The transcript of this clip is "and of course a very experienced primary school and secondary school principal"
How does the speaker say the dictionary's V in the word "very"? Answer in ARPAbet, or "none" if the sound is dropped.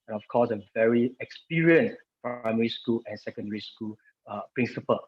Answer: V